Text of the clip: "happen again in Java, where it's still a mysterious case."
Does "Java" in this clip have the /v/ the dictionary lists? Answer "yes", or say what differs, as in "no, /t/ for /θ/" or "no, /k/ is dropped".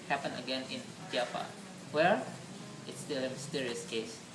no, /p/ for /v/